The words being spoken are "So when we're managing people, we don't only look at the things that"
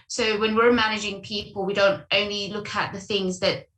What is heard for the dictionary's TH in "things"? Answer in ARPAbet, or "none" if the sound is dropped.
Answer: TH